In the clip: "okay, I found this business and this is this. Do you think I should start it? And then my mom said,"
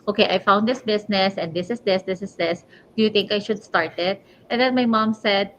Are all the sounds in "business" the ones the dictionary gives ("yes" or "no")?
no